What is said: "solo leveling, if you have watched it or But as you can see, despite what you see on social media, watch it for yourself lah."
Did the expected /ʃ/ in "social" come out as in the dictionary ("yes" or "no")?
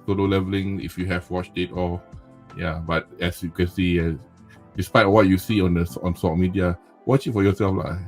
no